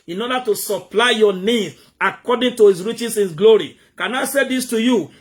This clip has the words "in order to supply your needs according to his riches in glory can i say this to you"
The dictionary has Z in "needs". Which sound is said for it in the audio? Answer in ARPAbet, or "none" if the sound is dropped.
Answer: none